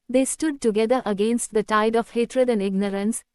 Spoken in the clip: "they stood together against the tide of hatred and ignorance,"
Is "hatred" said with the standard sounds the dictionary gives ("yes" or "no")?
yes